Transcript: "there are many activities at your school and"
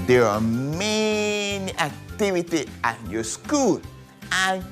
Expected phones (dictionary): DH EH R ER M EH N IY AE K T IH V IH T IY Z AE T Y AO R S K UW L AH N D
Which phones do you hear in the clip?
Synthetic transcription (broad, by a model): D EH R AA M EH N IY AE K T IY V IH T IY AA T Y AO S K UW L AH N